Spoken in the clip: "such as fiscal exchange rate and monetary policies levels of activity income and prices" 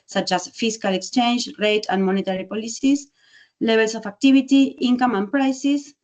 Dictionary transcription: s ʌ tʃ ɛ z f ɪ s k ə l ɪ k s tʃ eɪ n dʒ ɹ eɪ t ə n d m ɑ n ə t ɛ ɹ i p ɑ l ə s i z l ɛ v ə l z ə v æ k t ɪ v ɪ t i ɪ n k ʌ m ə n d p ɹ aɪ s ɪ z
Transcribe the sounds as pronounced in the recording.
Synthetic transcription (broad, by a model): s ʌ tʃ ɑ s f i s k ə l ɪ k s tʃ eɪ n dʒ ɹ eɪ t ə n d m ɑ n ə t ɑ ɹ i p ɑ l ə s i s l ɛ b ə l s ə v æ k t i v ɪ t i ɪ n k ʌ m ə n p ɹ aɪ s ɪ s